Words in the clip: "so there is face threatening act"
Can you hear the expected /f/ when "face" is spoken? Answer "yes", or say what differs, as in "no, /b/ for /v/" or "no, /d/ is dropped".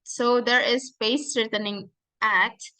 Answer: no, /p/ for /f/